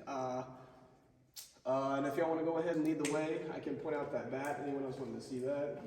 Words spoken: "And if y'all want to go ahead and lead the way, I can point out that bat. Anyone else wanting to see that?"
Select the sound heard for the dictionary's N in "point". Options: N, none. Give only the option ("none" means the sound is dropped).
none